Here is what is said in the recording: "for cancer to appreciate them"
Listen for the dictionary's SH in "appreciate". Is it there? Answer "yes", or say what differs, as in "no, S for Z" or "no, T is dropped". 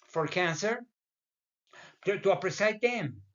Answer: no, S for SH